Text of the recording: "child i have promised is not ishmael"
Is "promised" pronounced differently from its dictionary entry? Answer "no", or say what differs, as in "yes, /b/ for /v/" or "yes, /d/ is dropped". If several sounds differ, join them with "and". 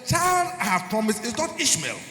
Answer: yes, /t/ is dropped